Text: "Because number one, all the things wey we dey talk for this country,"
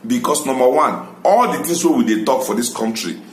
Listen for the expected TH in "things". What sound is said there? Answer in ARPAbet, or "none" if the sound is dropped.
T